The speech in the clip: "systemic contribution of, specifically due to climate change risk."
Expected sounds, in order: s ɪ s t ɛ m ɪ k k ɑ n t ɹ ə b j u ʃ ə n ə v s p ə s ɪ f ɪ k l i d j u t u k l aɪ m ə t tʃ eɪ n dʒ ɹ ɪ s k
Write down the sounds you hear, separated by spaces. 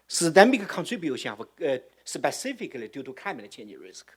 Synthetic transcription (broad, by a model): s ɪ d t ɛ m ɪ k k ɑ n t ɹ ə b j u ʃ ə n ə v s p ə s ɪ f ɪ k l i d j u t u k aɪ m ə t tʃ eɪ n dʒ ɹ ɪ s k